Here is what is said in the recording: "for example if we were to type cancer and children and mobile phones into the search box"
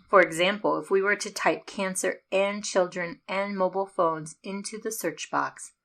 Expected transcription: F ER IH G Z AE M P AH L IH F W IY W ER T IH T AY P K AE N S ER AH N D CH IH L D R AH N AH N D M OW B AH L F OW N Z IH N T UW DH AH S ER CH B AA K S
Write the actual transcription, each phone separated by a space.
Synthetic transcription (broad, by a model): F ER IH G Z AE M P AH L IH F W IY W ER T IH T AY P K AE N S ER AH N CH IH L D R AH N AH N M OW B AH L F OW N Z IH N T UW DH AH S ER CH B AA K S